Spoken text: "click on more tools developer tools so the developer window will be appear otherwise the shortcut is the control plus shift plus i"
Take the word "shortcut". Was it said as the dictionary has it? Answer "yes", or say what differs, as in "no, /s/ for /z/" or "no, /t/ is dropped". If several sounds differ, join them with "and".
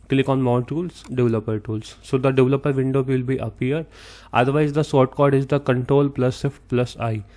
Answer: no, /s/ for /ʃ/